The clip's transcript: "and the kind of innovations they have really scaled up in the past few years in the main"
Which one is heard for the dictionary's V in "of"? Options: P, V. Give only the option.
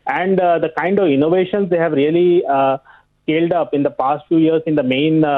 V